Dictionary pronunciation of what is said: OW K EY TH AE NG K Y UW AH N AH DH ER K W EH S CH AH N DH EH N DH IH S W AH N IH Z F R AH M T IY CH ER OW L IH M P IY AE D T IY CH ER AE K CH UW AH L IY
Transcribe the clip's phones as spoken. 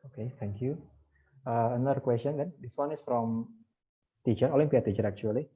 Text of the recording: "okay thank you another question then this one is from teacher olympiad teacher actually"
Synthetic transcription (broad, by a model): OW K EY T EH NG K Y UW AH AH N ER K W EH S CH AH N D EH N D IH S W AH N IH S F R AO M T IY CH ER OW L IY M P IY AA T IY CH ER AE K CH UW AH L IY